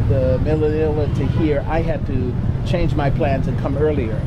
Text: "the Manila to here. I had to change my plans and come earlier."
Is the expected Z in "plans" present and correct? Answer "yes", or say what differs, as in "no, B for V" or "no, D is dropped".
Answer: yes